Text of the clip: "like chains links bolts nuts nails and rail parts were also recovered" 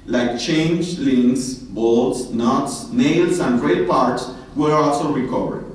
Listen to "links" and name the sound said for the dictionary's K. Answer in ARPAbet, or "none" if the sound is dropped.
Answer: none